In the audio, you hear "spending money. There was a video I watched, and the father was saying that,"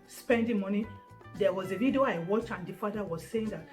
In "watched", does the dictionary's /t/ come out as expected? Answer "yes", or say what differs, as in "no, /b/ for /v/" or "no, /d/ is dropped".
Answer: no, /t/ is dropped